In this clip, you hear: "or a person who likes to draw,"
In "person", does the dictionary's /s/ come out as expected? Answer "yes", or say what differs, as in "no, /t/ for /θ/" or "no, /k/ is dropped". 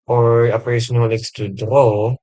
no, /s/ is dropped